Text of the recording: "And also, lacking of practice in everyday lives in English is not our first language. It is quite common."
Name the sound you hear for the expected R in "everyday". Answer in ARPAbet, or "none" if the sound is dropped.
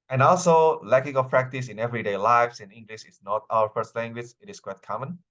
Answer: R